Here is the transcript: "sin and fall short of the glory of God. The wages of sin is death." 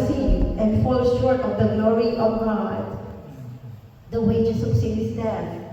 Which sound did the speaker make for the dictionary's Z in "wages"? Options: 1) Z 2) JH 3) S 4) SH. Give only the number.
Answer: 3